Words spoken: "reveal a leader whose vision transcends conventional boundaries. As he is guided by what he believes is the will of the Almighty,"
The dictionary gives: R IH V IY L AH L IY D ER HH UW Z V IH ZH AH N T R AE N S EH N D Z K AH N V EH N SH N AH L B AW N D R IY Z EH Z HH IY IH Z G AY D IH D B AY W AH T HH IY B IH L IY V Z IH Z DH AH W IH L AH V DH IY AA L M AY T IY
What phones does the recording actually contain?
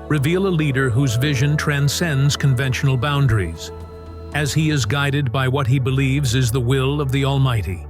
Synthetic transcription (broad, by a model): R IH V IY L AH L IY D ER HH UW Z V IH ZH AH N T R AE N S EH N D Z K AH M V EH N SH N L B AW N D R IY Z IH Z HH IY IH Z G AY D IH D B AY W AH T HH IY B IH L IY V Z IH Z DH AH W IH L AH V DH IY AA L M AY T IY